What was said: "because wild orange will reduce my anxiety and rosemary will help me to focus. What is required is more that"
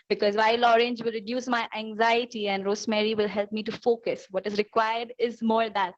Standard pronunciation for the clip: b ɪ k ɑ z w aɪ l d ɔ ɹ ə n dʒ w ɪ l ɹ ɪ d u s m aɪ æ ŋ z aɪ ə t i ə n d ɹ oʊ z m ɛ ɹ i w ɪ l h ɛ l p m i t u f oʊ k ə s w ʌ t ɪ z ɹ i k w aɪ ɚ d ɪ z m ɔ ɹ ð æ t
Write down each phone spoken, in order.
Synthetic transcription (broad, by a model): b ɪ k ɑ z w aɪ l ɔ ɹ ə n dʒ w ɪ l ɹ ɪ d u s m aɪ æ ŋ z aɪ ə t i ə n d ɹ oʊ s m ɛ ɹ i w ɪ l h ɛ l p m i t u f oʊ k ə s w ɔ t ɪ z ɹ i k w aɪ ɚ d ɪ z m ɔ ɹ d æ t